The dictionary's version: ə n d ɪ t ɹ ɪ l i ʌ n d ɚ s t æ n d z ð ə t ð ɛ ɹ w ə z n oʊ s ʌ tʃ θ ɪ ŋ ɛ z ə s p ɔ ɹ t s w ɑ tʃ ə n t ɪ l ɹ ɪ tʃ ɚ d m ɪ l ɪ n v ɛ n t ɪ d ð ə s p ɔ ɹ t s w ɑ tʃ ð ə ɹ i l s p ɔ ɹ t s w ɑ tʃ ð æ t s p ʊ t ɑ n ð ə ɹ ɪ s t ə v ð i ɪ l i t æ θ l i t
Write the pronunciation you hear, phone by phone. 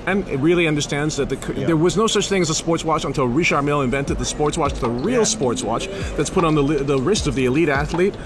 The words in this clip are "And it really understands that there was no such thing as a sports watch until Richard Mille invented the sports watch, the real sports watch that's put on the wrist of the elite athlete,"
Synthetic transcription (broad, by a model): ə n ɪ t ɹ ɪ l i ʌ n d ɚ s t æ n d z ð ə t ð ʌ ɹ w ə z n oʊ s ʌ tʃ θ ɪ ŋ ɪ z ə s p ɔ ɹ t s w ɑ tʃ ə n t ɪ l ɹ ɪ ʃ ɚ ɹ m ɪ l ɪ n v ɛ n t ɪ d ð ə s p ɔ ɹ t s w ɑ tʃ ð ə ɹ i l s p ɔ ɹ t s w ɑ tʃ ð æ t s p ʊ t n ð ə ɹ ɪ s t ə v ð i ɪ l i t æ θ l i t